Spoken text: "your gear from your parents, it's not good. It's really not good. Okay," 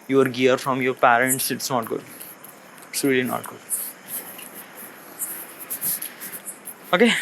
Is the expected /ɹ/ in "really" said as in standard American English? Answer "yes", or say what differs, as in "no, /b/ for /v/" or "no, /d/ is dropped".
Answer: no, /l/ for /ɹ/